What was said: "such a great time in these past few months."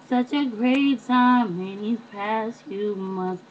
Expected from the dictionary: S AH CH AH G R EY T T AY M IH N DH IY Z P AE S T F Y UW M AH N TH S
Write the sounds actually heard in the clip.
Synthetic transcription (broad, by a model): S AH CH AH G R EY T S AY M IH N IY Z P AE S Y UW M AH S